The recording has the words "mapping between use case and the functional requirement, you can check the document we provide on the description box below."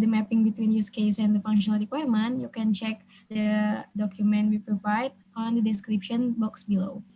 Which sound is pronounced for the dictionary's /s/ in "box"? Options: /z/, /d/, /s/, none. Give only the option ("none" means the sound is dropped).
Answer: /s/